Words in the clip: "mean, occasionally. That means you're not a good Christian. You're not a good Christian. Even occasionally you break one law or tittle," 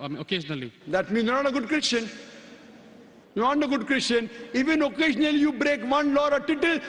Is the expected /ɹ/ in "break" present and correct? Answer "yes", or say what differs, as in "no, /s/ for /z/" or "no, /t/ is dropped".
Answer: yes